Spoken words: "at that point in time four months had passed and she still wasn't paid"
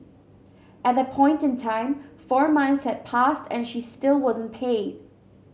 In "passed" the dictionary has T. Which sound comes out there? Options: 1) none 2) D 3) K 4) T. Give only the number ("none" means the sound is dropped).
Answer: 4